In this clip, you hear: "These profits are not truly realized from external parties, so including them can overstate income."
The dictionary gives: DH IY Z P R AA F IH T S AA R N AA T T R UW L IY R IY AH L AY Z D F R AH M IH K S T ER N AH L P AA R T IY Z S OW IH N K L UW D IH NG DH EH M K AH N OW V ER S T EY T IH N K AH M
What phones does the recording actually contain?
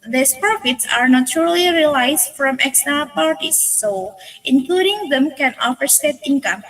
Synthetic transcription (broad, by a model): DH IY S P R AA F IH T S AA R N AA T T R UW L IY R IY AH L AY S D F R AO M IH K S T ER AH P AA R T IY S OW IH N K L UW D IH NG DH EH M K AH N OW F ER S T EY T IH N K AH M